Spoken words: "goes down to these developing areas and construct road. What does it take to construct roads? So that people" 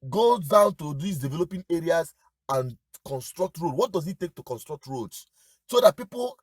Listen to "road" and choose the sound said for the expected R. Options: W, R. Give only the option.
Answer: R